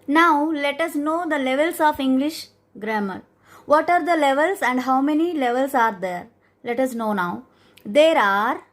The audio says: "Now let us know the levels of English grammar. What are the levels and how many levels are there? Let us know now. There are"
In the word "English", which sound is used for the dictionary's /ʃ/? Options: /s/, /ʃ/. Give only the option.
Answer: /ʃ/